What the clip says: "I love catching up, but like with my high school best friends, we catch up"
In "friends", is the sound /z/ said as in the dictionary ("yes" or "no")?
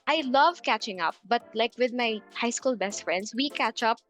no